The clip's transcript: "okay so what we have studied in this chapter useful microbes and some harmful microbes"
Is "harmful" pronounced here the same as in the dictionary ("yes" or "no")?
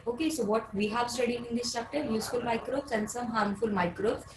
yes